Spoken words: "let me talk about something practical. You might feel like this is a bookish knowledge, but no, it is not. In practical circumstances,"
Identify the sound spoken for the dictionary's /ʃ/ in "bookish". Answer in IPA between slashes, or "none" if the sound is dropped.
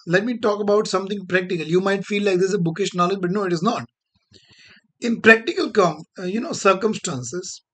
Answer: /ʃ/